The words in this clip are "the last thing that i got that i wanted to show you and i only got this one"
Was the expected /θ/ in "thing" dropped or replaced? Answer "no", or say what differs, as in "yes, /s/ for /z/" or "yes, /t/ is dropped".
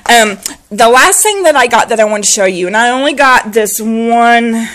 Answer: no